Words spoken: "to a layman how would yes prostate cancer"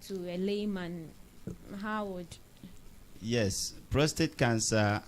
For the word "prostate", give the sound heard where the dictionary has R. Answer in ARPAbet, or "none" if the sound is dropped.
R